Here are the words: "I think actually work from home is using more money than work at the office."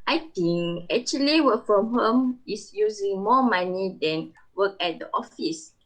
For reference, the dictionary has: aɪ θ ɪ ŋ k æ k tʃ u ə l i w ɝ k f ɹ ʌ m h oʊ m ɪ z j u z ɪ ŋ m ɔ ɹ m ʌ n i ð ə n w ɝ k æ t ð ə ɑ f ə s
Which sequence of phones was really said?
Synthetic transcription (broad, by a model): aɪ t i ŋ k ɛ k tʃ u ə l i w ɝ k f ɹ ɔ m h oʊ m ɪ s j u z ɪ ŋ m ɔ m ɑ n i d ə n w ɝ k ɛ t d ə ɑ f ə s